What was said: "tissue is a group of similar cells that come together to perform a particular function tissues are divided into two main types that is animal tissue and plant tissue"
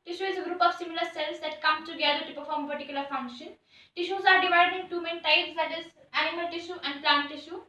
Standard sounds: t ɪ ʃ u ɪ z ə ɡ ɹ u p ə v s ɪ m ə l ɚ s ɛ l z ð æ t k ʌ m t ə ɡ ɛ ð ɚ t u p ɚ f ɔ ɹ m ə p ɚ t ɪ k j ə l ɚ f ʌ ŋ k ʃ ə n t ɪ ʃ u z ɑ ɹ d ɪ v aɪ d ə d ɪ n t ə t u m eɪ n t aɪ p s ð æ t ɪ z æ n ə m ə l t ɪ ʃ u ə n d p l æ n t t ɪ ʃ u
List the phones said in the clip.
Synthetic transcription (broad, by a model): t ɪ ʃ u ɪ z ə ɡ ɹ u p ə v s ɪ m ə l ɚ s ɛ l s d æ t k ʌ m t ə ɡ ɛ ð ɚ t u p ɚ f ɔ ɹ m ə p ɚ t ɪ k j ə l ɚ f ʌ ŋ ʃ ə n t ɪ ʃ u z ɑ ɹ d ɪ v aɪ d ə d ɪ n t t u m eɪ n t aɪ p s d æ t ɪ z æ n ə m ə l t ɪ ʃ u ə n d p l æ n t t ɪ ʃ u